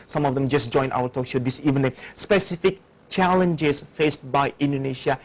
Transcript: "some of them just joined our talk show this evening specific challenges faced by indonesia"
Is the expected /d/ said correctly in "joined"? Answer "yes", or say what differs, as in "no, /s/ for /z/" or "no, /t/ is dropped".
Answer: no, /d/ is dropped